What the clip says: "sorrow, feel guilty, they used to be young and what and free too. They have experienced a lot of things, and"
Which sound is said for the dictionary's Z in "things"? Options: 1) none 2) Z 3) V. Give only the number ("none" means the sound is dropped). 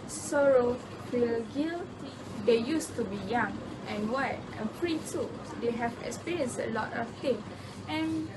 1